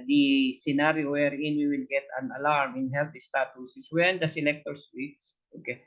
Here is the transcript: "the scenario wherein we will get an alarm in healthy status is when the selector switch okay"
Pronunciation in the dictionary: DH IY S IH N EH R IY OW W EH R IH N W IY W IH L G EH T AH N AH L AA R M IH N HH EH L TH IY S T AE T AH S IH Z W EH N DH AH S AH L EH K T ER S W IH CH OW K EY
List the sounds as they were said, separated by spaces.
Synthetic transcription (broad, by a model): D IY S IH N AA R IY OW W EH R IH N W IY W IH L G EH T AH N AH L AA R M IH N HH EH L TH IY S T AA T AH S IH S W EH N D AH S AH L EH K T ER S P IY S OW K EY